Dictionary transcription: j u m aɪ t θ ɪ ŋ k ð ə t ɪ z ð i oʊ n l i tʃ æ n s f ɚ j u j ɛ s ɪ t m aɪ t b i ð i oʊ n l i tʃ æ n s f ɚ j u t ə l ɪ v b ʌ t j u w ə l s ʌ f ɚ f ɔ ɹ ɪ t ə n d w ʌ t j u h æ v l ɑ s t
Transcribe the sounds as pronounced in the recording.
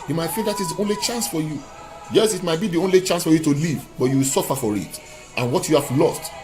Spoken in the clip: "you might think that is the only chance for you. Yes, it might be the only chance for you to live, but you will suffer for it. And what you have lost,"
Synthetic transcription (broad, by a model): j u m aɪ t f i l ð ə t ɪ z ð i oʊ n l i tʃ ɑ n s f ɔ j u j ɛ s ɪ t m aɪ t b i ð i oʊ n l i tʃ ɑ n s f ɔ j u t ə l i v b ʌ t j u w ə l s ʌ f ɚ f ɔ ɹ ɪ t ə n w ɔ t j u h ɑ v l ɑ s t